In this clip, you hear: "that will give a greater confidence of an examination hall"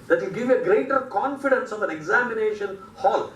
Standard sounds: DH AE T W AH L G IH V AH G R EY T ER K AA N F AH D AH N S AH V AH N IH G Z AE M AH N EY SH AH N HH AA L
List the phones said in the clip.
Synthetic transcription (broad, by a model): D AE T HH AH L G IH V AH G R EY T ER K AA N F AH D AH N S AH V AH N IH G Z AE M AH N EY SH AH N HH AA L